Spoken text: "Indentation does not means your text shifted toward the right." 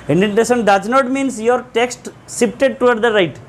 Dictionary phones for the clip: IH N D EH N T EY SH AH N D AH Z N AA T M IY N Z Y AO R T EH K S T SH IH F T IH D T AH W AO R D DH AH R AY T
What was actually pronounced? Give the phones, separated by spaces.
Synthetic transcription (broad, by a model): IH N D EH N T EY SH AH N D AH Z N AA T M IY N S Y AO R T EH K S T S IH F T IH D T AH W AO R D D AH R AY T